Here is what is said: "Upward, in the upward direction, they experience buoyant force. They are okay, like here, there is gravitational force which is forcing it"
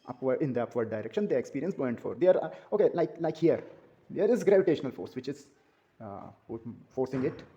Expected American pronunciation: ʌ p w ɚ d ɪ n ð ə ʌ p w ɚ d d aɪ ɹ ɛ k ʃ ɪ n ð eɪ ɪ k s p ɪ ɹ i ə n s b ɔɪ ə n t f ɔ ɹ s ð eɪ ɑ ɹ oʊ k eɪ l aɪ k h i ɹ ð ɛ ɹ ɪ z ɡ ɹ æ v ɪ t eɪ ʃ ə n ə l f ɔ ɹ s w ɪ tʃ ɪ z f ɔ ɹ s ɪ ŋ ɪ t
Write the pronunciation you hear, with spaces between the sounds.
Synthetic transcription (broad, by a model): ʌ p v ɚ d ɪ n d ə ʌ p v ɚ d d aɪ ɹ ɛ k ʃ ɪ n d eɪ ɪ k s p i ɹ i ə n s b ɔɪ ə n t f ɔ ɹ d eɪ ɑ ɹ oʊ k eɪ l aɪ k h i ɹ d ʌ ɹ ɪ z ɡ ɹ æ v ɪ t eɪ ʃ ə n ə l f ɔ ɹ s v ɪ tʃ ɪ z f ɔ ɹ s ɪ ŋ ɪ t